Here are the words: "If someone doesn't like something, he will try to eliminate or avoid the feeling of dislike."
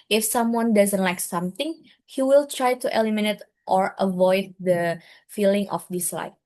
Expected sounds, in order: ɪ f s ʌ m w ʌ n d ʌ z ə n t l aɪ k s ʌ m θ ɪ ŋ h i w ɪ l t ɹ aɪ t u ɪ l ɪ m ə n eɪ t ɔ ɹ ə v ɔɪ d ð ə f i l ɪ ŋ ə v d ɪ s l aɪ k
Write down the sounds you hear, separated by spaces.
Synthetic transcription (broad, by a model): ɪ f s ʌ m w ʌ n d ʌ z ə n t l aɪ k s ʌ m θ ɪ ŋ h i w ɪ l t ɹ aɪ t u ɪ l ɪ m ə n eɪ t ɔ ɹ ə v ɔɪ d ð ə f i l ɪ ŋ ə f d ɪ s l aɪ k